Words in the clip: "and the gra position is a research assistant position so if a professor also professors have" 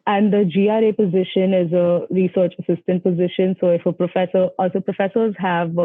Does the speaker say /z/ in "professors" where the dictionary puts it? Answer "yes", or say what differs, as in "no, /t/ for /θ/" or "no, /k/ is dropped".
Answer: yes